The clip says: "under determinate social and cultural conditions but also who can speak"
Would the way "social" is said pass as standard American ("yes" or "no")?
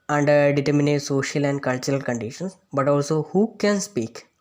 yes